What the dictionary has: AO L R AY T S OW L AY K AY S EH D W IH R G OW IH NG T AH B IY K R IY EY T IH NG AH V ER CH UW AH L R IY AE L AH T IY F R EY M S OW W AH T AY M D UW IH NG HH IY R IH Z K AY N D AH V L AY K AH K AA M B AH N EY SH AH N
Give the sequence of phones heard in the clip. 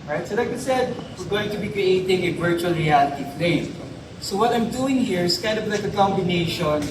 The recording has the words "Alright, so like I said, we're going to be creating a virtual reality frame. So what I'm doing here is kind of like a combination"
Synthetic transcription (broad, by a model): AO R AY T S OW L AY K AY S EH D W IH R G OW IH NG T AH B IY K R IY EY T IH NG AH V ER CH UW AH L R IY AE L AH T IY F L EY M S OW W AH T AY M D UW IH NG HH IY R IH S K AY N D AH V L AY K AH K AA M B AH N EY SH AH N